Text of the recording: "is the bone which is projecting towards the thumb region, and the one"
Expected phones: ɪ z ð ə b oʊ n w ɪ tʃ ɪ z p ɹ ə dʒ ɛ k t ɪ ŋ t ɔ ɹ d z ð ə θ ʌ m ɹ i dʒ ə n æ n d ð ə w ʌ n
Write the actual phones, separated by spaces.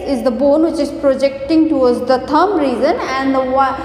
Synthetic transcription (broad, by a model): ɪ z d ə b oʊ n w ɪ tʃ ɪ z p ɹ ə dʒ ɛ k t ɪ ŋ t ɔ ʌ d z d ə t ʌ m ɹ i z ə n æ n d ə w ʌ